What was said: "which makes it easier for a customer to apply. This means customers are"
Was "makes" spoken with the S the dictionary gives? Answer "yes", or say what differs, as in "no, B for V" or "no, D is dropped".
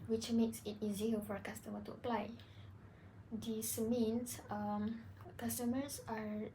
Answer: yes